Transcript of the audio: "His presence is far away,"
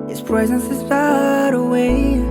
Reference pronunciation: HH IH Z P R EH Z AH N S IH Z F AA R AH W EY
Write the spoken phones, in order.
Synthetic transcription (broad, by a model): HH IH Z P R EH Z AH N S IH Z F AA R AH W EY